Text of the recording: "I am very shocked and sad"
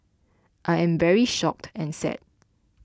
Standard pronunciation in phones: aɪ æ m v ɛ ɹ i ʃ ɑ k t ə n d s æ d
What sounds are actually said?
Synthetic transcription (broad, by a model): aɪ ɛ m v ɛ ɹ i ʃ ɑ k t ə n s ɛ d